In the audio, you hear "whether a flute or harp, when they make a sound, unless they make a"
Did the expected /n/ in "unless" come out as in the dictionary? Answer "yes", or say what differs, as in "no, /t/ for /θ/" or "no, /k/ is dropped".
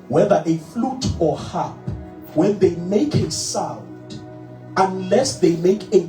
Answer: yes